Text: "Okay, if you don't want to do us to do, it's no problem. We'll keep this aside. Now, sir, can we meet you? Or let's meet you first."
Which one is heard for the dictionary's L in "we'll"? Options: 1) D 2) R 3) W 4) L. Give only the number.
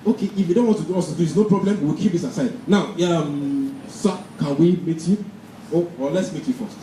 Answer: 3